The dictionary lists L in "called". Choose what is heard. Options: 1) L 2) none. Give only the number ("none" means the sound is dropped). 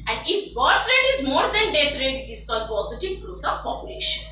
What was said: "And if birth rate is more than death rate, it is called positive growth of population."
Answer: 2